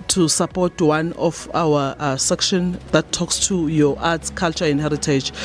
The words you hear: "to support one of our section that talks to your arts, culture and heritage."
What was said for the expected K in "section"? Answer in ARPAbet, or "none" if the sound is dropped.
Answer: K